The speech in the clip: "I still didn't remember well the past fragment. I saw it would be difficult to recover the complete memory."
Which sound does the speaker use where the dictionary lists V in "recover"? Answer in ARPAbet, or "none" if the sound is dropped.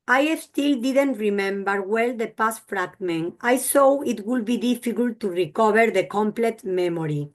B